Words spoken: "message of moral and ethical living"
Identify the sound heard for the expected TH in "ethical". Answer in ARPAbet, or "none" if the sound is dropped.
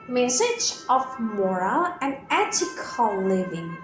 T